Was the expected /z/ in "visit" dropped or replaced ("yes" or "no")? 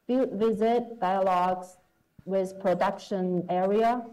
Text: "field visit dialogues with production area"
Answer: no